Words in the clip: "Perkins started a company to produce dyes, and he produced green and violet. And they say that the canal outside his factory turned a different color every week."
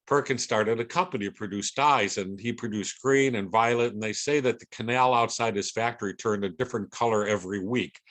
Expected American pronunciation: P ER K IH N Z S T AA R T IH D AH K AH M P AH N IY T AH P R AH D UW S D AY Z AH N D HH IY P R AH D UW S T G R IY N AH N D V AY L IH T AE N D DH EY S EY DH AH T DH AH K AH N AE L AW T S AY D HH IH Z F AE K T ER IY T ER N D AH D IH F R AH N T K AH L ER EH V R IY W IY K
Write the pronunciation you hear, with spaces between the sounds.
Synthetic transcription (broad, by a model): P ER K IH N S T AA R T IH D AH K AH M P AH N IY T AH P R AH D UW S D AY Z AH N IY P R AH D UW S G R IY N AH N V AY L IH T N DH EY S EY DH AH T DH AH K AH N AE L AW T S AY D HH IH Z F AE K T ER IY T ER N D AH D IH F R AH N K AH L ER EH V R IY W IY K